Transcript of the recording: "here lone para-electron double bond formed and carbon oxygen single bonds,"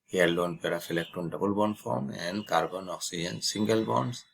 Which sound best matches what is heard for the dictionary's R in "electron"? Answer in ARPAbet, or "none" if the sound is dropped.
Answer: none